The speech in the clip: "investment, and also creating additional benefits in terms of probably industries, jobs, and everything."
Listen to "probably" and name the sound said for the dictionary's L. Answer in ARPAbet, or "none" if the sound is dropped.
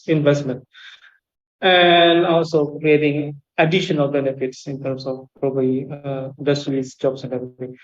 none